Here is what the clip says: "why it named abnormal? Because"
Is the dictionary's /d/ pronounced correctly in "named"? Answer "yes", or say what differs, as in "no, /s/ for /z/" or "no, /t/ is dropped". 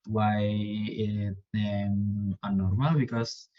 no, /d/ is dropped